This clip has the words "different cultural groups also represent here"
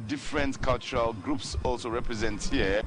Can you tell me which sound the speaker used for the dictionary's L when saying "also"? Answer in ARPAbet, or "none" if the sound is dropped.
L